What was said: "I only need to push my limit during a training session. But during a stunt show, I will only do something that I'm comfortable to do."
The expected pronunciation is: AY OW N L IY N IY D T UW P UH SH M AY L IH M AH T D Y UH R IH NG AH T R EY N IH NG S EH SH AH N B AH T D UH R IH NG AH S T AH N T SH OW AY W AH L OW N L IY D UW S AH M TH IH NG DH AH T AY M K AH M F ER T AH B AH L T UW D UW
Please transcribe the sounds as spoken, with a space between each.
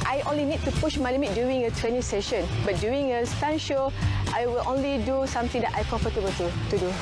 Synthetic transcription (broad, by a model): AY OW N L IY N IY D T UW P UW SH M AY L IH M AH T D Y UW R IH NG AH T R EY N IH NG S EH SH AH N B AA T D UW IH NG AH S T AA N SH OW AY W AH L OW N L IY D UW S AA M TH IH NG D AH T AY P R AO F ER T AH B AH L T UW D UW